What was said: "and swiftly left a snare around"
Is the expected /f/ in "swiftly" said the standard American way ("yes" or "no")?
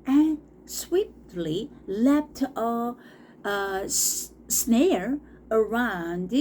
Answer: no